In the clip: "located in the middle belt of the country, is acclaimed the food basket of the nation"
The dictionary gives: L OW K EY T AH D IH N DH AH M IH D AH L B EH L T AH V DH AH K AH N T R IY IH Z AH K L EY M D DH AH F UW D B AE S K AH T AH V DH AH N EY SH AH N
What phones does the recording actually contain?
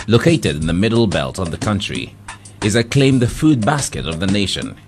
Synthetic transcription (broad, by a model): L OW K EY T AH D IH N DH AH M IH D L B EH L T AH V DH AH K AH N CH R IY IH Z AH K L EY M DH AH F UW D B AE S K AH T AH V DH AH N EY SH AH N